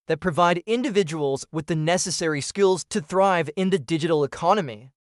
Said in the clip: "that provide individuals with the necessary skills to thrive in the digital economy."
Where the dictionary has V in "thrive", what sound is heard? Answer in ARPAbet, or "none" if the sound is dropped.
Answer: V